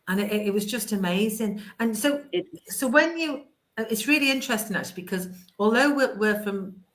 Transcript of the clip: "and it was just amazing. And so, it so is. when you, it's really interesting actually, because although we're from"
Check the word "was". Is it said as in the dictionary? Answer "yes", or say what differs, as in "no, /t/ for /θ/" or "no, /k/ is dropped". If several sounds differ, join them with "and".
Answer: yes